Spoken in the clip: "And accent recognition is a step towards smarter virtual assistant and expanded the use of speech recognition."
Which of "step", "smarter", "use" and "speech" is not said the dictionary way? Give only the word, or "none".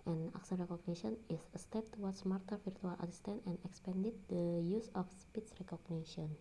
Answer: speech